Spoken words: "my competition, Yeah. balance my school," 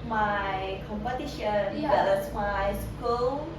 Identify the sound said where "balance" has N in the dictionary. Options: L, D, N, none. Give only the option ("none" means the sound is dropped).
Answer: none